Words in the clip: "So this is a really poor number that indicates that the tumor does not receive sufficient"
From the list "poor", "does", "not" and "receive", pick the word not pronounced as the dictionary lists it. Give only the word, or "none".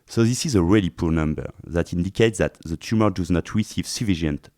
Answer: none